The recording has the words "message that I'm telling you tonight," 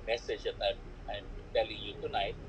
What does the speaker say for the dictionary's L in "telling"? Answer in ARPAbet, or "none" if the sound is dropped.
L